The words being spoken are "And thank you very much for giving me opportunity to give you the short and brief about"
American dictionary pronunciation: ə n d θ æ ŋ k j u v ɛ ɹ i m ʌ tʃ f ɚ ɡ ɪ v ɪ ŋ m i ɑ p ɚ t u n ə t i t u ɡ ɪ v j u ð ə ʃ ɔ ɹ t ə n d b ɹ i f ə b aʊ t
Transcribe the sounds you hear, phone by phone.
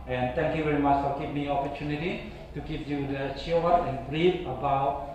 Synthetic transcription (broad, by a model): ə n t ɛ ŋ k j u v ɛ ɹ i m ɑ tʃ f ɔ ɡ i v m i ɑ p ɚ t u n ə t i t u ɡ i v j u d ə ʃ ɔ w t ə n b ɹ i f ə b aʊ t